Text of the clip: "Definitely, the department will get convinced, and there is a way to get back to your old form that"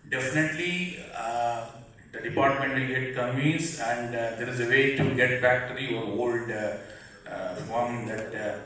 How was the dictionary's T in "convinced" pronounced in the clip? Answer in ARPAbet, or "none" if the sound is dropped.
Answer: none